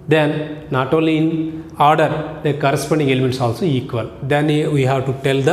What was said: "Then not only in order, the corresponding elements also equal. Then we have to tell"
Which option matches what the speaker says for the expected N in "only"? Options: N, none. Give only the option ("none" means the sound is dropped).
none